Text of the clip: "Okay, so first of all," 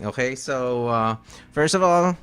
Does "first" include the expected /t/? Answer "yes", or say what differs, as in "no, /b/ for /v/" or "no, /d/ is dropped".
yes